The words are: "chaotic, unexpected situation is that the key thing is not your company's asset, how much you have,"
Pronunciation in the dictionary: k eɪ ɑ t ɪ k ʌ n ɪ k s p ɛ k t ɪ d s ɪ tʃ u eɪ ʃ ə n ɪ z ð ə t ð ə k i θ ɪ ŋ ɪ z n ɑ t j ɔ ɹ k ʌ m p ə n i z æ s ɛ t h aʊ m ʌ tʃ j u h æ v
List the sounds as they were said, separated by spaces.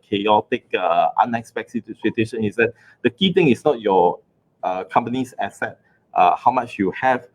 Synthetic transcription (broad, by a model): k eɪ ɑ t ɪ k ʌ n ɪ k s p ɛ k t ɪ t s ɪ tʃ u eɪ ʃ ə n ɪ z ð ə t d ə k i t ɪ ŋ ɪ s n ɑ t j ɔ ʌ k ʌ m p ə n i s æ s ɛ t h aʊ m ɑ tʃ j u h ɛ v